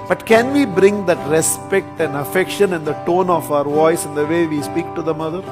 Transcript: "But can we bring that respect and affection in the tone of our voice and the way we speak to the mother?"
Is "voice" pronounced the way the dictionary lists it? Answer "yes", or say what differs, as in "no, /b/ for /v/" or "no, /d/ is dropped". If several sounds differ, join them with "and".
yes